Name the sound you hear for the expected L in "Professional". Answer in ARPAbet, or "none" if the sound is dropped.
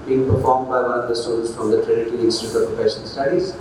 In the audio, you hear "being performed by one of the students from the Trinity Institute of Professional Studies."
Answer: N